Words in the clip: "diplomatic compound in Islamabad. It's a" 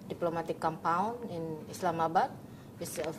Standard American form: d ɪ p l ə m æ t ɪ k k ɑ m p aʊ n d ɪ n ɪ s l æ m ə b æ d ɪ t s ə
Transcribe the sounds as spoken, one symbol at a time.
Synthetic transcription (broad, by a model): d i p l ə m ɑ t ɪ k k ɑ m p aʊ n ɪ n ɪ s l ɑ m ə b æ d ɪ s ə